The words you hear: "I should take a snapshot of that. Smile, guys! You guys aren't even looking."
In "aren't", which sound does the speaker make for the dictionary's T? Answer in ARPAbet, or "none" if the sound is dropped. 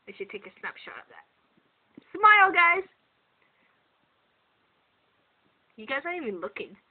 none